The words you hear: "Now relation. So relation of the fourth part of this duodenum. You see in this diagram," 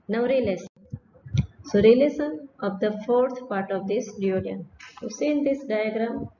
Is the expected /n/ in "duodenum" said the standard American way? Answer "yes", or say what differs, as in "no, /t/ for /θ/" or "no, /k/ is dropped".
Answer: no, /n/ is dropped